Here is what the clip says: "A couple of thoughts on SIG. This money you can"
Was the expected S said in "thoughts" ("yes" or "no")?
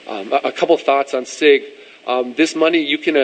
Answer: yes